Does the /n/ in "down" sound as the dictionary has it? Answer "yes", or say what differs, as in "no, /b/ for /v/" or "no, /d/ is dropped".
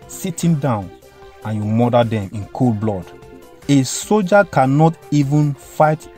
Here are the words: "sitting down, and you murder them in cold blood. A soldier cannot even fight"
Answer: yes